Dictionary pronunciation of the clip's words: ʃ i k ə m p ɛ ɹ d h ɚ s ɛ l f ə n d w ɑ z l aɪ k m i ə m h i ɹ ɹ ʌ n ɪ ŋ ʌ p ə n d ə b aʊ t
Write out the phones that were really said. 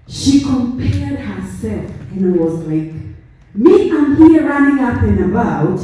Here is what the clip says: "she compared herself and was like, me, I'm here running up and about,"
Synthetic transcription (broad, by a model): ʃ i k ə m p ɛ ɹ d h ɚ s ɛ l f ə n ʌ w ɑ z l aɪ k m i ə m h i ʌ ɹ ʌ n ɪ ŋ ʌ p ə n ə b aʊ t